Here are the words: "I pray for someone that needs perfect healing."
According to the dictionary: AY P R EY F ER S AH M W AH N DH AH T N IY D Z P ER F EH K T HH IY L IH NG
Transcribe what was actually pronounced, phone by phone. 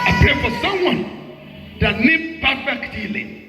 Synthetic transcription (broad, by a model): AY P EY F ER S AH M W AH N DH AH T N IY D P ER F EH K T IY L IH